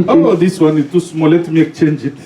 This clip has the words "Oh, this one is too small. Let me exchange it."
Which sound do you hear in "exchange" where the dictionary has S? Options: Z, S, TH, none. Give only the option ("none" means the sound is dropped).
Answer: none